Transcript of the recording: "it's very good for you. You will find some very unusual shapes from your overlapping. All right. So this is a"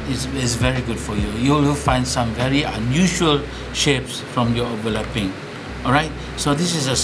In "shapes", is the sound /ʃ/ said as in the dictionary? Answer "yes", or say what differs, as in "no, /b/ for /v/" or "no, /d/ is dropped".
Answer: yes